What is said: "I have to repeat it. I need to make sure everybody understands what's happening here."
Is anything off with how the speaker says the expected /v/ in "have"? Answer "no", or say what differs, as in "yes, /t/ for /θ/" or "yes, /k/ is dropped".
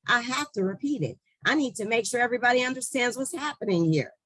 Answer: yes, /f/ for /v/